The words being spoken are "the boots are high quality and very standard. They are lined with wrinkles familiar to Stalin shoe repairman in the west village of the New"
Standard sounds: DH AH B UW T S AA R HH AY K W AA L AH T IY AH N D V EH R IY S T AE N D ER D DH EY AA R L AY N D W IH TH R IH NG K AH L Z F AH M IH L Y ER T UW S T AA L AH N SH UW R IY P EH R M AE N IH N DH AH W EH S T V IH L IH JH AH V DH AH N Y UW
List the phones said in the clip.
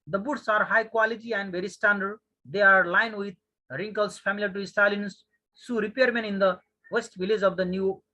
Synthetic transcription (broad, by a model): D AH B UW T S AA R HH AY K W AA L AH T IY AH N D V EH R IY S T AE N D ER D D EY AA R L AY N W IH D R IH NG K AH L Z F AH M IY L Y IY T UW S T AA L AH N S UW R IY P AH R M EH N IH N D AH W EH S T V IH L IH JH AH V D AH N Y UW